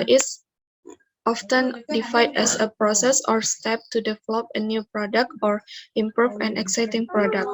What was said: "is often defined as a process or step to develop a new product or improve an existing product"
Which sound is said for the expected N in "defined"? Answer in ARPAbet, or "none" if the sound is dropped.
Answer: none